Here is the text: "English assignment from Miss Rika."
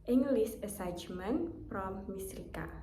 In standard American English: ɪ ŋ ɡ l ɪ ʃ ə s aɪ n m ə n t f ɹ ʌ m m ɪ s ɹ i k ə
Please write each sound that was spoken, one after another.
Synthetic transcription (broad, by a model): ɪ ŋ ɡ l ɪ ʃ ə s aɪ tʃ m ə n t p ɹ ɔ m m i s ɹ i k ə